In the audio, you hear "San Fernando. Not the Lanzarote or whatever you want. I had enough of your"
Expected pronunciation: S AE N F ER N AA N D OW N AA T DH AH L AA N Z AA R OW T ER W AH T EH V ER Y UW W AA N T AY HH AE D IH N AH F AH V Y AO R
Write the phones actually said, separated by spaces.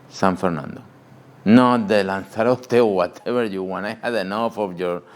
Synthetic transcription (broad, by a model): S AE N F ER N AA N D OW N AA T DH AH L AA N S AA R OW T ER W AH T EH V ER Y UW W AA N AY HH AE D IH N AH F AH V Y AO R